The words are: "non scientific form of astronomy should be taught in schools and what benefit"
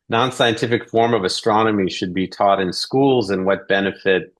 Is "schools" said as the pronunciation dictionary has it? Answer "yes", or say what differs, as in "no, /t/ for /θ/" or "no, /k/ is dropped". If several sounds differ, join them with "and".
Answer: yes